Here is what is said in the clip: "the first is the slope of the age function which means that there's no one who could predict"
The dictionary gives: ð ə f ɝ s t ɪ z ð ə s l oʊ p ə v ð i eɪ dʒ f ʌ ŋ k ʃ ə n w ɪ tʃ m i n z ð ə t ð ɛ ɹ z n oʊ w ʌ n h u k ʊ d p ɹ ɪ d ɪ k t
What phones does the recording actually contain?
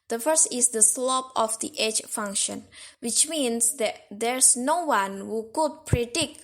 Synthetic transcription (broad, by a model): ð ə f ɝ s t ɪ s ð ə s l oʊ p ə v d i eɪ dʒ f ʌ ŋ k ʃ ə n w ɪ tʃ m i n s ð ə t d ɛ ɹ s n oʊ w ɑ n h u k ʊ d p ɹ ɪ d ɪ k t